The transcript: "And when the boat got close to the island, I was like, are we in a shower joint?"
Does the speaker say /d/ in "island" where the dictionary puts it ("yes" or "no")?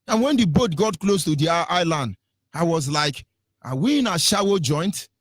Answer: yes